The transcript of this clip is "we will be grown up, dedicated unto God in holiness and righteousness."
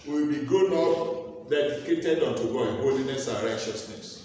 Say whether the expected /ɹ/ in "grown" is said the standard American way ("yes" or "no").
no